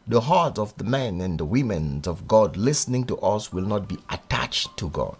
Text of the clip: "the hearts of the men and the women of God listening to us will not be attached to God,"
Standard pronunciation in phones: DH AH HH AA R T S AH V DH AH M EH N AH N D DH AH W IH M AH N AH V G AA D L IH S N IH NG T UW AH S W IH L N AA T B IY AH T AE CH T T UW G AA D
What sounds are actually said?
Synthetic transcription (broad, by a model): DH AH HH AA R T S AH V DH AH M EH N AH N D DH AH W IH M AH N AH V G AA D L IH S N IH NG T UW AH S W IH L N AA T B IY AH T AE CH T T UW G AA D